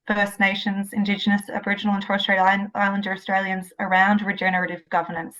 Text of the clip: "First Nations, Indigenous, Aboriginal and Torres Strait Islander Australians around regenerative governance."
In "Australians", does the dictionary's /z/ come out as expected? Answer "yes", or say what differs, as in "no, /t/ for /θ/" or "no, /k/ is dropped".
yes